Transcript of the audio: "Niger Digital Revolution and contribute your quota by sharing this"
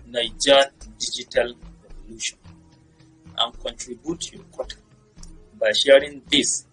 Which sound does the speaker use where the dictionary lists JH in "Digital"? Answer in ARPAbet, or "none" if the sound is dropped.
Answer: JH